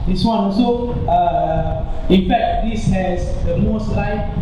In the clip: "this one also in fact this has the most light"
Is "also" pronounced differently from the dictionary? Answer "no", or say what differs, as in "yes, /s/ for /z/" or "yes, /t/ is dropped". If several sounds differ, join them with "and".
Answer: yes, /l/ is dropped